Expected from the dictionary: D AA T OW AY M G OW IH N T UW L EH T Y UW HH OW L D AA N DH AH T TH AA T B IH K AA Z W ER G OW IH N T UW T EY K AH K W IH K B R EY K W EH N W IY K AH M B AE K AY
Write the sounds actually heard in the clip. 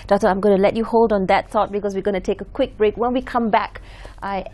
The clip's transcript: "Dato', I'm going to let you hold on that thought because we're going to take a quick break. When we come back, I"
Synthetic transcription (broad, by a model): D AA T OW AY M G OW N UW L EH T Y UW HH OW L D AA N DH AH T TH AA T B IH K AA S W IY G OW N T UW T EY K AH K W IH K B R EY K W EH N W IY K AH M B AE K AY